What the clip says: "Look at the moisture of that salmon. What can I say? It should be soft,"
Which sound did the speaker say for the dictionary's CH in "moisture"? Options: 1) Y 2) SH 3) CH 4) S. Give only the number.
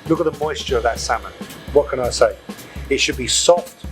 3